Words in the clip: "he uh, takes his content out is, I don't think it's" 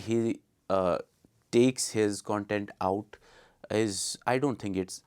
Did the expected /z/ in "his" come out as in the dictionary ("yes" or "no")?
yes